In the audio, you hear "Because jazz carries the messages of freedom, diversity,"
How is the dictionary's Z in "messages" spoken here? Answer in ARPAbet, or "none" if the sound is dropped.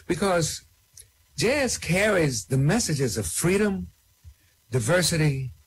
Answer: Z